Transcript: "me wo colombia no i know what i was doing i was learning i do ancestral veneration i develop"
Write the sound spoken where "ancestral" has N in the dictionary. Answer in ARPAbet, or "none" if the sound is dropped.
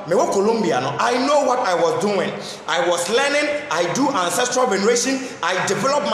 N